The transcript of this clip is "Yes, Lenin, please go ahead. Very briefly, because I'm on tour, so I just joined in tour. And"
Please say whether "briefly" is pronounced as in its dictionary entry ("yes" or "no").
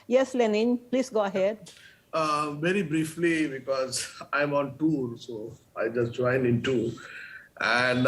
yes